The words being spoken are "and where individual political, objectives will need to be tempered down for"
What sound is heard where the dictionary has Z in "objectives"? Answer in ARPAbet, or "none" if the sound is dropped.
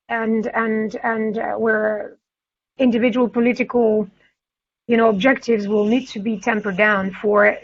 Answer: Z